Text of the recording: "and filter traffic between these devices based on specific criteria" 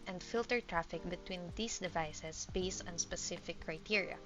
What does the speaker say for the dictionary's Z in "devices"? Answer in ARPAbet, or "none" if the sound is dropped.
S